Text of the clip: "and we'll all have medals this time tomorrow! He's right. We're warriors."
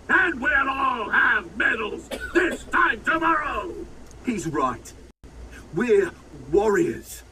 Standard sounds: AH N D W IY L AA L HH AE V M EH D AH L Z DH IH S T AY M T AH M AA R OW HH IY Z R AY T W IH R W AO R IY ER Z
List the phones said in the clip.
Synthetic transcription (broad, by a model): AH N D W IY N AA L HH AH V M EH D L Z DH IH S T AY M T AH M AA R OW HH IY Z R AY T W IH R W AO R IY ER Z